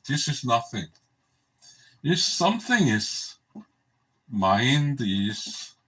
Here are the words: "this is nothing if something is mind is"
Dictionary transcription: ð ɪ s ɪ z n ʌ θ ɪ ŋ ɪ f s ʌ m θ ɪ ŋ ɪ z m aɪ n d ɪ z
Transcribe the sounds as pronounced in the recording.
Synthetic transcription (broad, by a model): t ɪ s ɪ s n ʌ θ ɪ ŋ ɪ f s ʌ m θ ɪ ŋ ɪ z m aɪ n d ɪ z